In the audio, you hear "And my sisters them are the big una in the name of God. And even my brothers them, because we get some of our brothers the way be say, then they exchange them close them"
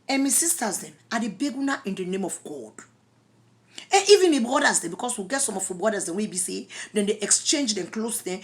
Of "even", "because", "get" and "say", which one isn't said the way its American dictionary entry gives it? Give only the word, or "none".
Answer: because